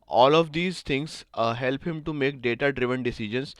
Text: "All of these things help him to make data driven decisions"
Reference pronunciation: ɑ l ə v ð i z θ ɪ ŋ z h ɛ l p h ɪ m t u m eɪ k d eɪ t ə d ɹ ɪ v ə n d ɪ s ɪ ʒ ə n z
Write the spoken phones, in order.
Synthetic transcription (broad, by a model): ɑ l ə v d i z t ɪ ŋ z h ɛ l p h ɪ m t u m eɪ k d eɪ t ə d ɹ ɪ v ə n d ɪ s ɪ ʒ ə n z